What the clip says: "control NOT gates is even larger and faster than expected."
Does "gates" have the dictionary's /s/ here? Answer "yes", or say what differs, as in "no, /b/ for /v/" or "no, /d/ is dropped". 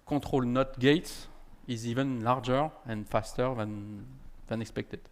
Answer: no, /s/ is dropped